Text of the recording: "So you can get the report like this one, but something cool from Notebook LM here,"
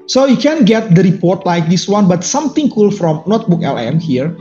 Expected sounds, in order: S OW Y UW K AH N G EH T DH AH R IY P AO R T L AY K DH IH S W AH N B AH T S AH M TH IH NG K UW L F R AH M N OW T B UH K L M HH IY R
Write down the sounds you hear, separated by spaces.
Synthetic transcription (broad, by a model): S OW Y UW K AH N G EH T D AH R IY P AO R T L AY K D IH S W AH N B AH T S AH M T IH NG K UW L F R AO M N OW T B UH K L M HH IY R